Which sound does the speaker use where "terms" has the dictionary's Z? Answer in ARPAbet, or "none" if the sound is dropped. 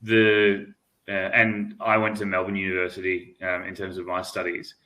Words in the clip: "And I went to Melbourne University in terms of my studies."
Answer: Z